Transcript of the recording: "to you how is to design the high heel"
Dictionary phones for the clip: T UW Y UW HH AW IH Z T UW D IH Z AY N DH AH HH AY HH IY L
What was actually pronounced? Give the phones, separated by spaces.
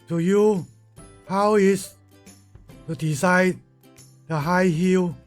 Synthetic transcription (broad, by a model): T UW Y UW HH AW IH S T UW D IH S AY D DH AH HH AY HH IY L